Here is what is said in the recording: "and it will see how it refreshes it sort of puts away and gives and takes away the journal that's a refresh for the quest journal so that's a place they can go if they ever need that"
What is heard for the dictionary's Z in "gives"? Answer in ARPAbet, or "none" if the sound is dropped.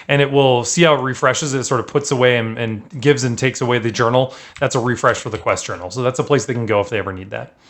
Z